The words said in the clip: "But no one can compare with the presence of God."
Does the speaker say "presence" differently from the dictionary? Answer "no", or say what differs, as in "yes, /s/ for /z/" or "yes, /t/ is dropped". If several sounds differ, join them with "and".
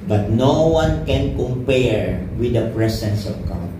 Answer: yes, /s/ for /z/